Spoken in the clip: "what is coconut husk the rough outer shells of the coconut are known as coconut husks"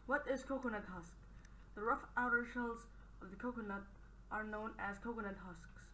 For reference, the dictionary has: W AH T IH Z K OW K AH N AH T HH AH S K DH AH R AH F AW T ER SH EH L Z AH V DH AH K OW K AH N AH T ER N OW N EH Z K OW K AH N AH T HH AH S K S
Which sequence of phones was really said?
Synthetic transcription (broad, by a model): W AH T IH Z K OW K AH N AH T HH AH S K DH AH R AH F AW T ER SH EH L Z AH V DH AH K OW K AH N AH T ER N OW N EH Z K OW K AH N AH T HH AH S K S